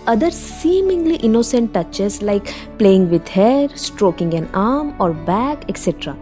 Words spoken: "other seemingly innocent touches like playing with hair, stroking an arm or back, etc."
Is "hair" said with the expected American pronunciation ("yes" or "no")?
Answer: yes